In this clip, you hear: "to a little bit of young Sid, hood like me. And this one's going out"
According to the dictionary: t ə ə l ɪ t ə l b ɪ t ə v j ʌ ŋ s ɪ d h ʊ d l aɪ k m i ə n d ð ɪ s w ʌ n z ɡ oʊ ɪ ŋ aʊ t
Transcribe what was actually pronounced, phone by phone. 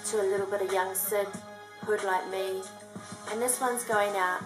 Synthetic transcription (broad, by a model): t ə ə l ɪ t l b ɪ t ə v j ʌ ŋ s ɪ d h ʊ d l aɪ k m i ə n ð ɪ s w ʌ n z ɡ oʊ ɪ ŋ aʊ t